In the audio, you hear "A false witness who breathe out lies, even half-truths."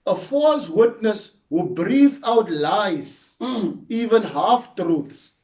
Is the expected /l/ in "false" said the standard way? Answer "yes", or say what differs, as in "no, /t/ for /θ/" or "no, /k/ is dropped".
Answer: yes